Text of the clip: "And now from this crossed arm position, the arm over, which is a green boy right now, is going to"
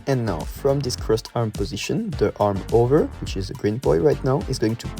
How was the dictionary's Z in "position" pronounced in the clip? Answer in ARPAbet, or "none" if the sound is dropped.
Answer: Z